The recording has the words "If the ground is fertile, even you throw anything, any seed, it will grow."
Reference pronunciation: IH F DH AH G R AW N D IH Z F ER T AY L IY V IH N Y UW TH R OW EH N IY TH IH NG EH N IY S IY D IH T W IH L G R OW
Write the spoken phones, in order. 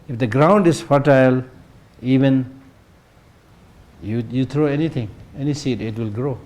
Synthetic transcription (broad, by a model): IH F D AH G R AW N D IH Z F ER T AY L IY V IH N Y UW T R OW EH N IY T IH NG EH N IY S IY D IH T W IH L G R OW